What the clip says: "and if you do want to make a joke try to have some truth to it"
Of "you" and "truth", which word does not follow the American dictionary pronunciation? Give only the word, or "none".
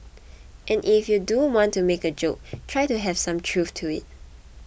truth